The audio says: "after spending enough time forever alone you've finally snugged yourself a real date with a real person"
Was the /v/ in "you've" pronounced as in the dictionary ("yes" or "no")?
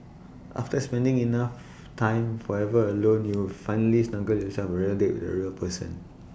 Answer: no